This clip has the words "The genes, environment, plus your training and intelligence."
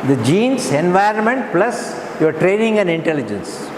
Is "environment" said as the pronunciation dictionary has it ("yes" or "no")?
yes